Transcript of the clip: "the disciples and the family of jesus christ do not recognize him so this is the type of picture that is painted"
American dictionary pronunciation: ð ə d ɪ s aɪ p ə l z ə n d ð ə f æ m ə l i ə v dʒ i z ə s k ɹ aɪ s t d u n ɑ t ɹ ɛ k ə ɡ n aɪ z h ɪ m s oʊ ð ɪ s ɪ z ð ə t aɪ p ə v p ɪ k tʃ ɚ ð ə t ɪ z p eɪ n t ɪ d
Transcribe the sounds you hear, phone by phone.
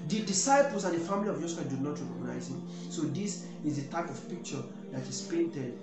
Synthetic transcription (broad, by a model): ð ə d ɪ s aɪ p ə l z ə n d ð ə f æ m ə l i ə v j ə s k aɪ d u n ɑ t ɹ ɛ k ə ɡ n aɪ z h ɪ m s oʊ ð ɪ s ɪ z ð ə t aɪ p ə v p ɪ k tʃ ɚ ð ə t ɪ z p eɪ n t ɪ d